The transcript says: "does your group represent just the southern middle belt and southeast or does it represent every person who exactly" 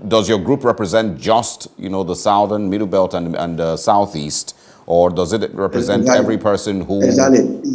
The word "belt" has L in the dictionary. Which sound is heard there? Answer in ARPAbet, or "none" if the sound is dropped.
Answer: L